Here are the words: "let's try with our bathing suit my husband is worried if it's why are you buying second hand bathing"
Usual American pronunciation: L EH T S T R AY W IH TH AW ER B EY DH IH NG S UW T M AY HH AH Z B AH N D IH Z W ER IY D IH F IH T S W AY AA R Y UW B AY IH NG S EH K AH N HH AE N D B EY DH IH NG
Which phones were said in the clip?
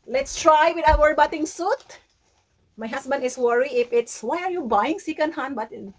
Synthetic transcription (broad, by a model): L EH T S T R AY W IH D AW ER B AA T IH NG S UW T M AY HH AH S B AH N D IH S W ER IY IH F IH T S W AY AA R Y UW B AY IH NG S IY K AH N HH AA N B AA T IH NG